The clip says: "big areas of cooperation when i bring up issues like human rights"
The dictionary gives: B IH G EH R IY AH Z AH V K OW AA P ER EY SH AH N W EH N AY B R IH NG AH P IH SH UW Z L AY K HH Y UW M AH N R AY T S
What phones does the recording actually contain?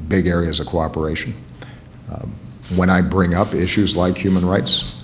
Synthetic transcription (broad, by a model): B IH G EH R IY AH Z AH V K OW AA P ER EY SH N W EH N AY B R IH NG AH P IH SH UW Z L AY K HH Y UW M AH N R AY T S